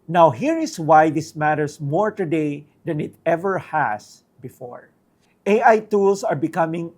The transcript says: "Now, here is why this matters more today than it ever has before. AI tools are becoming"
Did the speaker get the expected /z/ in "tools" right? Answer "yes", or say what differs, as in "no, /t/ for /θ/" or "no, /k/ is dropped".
no, /s/ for /z/